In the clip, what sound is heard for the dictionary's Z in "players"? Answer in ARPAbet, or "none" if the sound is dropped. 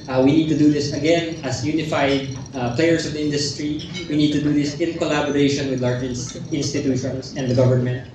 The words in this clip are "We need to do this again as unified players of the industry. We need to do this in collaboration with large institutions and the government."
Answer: S